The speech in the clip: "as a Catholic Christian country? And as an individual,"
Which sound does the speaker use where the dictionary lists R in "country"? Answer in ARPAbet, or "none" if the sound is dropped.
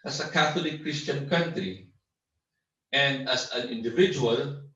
R